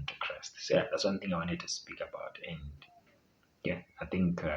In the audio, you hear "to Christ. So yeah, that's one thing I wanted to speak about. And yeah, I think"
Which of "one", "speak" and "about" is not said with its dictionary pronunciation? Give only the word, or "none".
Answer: none